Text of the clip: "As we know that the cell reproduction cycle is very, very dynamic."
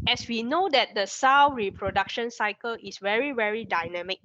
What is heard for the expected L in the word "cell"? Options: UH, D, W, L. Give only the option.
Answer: W